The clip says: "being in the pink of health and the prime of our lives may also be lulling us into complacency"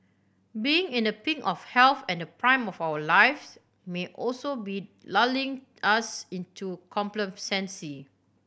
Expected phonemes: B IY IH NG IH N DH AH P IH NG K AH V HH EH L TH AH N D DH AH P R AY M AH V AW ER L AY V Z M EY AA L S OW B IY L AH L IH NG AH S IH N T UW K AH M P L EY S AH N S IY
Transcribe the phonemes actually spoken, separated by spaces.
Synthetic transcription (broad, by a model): B IY IH NG IH N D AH P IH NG AH F HH EH L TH AH N D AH P R AY M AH F AW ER L AY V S M EY AA L S OW B IY L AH L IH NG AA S IH N T UW K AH M P L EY S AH N S IY